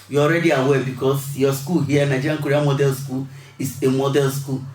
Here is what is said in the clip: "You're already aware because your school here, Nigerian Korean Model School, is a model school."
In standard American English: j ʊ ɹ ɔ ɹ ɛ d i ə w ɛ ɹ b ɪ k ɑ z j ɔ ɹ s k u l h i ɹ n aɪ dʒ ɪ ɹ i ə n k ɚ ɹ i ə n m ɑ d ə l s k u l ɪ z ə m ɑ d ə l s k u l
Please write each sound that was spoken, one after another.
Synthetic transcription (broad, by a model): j ɔ ɹ ɛ d i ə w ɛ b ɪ k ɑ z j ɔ s k u l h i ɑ n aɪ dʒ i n k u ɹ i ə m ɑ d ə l s k u l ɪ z ə m ɑ d ə l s k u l